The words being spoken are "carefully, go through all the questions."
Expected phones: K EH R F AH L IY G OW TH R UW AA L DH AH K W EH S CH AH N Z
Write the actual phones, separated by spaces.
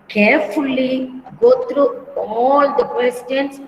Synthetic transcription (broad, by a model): K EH R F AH L IY G OW T R UW AA L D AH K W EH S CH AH N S